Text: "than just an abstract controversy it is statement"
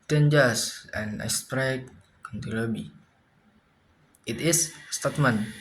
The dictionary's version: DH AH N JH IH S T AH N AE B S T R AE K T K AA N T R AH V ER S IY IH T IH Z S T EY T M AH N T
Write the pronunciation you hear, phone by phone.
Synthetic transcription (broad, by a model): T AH N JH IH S AH N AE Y S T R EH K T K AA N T AH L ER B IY IH T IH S S T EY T M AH N